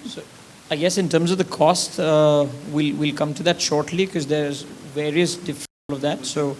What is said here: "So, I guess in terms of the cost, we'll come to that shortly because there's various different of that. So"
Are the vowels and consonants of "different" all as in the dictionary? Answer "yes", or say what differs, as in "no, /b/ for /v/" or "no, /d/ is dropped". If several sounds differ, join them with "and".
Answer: no, /l/ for /ɹ/